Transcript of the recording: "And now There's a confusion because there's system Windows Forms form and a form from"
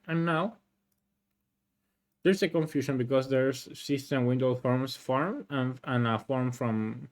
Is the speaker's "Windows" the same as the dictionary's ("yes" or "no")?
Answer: no